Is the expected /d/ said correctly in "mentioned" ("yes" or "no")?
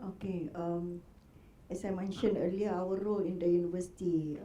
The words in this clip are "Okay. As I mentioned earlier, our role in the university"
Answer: no